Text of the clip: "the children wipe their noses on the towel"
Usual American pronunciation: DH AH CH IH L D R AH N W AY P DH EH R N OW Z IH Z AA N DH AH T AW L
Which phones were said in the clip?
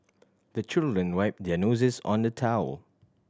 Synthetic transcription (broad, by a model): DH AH CH IH L D R AH N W AY P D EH N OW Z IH S AA N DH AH T AW L